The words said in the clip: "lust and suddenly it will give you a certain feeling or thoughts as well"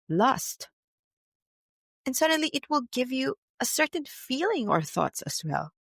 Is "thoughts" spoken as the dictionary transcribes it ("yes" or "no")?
yes